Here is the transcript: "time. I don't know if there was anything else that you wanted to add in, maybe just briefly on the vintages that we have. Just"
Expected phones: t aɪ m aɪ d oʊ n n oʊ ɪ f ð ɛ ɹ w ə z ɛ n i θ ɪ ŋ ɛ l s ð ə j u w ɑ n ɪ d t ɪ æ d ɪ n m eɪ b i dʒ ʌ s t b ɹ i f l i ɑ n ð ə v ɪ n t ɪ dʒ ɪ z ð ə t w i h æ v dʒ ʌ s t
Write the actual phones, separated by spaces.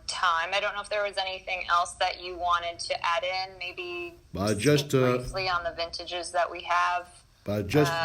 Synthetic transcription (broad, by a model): t aɪ m aɪ d oʊ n n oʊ ɪ f ð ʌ ɹ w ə z ɛ n i θ ɪ ŋ ɛ l s ð ə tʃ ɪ w ɑ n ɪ d t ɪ æ d ɪ n m eɪ b i dʒ ʌ s t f l i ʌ n ð ə v ɪ n t ɪ dʒ ɪ z ð ə t w i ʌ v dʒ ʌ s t